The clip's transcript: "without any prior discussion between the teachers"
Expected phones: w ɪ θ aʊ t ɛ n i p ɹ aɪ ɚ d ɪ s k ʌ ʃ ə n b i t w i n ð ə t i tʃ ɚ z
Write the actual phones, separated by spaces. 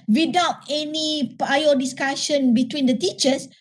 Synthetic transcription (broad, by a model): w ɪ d aʊ t ɛ n i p aɪ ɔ d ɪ s k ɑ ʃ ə n b i t w i n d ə t i tʃ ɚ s